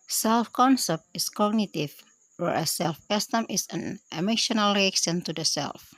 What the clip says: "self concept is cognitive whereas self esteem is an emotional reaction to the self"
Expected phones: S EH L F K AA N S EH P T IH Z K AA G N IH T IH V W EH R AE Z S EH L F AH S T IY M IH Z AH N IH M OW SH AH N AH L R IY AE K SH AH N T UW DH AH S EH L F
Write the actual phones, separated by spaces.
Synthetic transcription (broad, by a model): S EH L F K AA N S EH P T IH S K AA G N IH T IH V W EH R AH S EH L F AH S T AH M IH S AH N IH M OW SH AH N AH L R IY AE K S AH N T UW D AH S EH L F